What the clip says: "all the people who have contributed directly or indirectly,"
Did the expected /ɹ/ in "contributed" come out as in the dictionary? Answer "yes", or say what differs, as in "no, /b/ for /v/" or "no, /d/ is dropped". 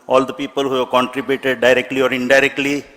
yes